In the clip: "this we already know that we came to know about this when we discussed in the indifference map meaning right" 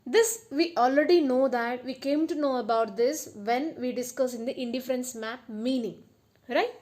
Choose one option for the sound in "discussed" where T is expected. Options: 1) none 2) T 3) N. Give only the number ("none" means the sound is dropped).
1